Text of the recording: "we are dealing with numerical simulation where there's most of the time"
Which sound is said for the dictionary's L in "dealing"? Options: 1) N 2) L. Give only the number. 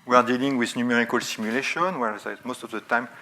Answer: 2